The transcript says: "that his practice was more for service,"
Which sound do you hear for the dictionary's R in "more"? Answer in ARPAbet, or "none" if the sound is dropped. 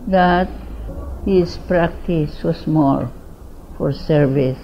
L